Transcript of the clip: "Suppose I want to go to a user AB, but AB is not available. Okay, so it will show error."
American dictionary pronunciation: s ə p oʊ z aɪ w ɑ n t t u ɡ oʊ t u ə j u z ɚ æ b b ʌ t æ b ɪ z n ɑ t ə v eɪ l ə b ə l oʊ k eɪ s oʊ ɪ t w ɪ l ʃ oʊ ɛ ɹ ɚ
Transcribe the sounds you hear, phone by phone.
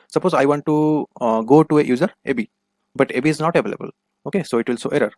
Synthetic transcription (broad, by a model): s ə p oʊ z aɪ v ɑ n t t u ɡ oʊ t u ə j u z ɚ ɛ b b ʌ t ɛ b ɪ z n ɑ t ə v eɪ l ə b ə l oʊ k eɪ s oʊ ɪ t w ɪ l s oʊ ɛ ɹ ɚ